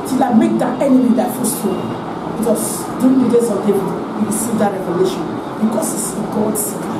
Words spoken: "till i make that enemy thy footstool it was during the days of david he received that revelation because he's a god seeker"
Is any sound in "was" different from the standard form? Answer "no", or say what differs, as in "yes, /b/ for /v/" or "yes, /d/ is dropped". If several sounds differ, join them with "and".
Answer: yes, /s/ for /z/